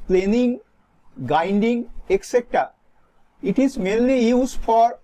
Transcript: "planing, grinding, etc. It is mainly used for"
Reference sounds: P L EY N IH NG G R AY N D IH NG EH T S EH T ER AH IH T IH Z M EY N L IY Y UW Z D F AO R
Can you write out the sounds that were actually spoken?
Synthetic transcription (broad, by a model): P L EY N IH NG G AY N D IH NG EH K S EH T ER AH IH T IH Z M EY N L IY Y UW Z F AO R